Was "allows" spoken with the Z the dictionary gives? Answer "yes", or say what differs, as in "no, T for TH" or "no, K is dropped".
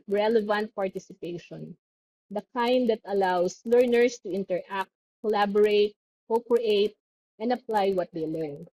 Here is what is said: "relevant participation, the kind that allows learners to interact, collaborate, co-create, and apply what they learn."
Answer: no, S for Z